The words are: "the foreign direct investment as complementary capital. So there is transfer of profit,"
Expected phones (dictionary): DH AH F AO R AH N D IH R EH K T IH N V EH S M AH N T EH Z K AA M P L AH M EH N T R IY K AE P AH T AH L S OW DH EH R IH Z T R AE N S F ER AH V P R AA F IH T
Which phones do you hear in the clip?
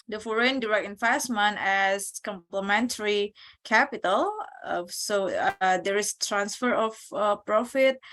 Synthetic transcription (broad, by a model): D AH F AO R AH N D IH R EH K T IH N F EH S M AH N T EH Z K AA M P L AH M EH N T R IY K AE P AH T AH L S OW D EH R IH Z T R AE N S F ER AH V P R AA F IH T